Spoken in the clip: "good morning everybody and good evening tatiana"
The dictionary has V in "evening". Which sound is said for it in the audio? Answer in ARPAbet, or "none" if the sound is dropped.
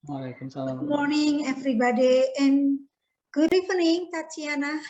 F